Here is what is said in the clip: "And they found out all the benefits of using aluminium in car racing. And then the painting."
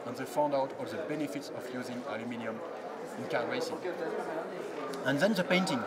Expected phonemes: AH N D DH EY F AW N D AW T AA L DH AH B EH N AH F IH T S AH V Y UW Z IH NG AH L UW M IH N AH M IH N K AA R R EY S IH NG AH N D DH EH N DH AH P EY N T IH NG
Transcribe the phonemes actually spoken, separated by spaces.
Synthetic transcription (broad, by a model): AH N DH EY F AW N D AW T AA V DH AH B EH N AH F IH T S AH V Y UW Z IH NG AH L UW M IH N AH M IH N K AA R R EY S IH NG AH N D DH EH N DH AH P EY N T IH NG